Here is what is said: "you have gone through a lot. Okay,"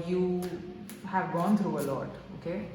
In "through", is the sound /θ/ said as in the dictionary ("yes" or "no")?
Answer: no